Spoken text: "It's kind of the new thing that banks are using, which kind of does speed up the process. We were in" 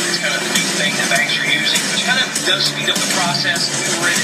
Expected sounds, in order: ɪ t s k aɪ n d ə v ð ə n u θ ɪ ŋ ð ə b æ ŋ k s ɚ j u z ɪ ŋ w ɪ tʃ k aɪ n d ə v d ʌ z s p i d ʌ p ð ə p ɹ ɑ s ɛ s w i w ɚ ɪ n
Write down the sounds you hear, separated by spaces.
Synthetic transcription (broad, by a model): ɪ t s k aɪ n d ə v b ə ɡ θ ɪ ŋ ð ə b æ k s ɚ j u z ɪ ŋ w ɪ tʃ k aɪ n d ə v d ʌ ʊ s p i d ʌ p ð ə p ɹ ɑ s ɛ s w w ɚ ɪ